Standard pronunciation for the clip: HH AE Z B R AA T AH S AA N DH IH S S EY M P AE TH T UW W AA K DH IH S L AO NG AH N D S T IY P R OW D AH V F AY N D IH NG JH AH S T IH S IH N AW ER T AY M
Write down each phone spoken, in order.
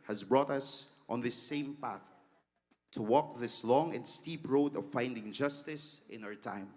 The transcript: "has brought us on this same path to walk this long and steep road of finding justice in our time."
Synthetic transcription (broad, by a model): HH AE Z B R AA T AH S AA N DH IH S S EY M P AE TH T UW W AA K DH IH S L AO NG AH N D S T IY P R OW D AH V F AY N D IH NG JH AH S T IH S IH N AW ER T AY M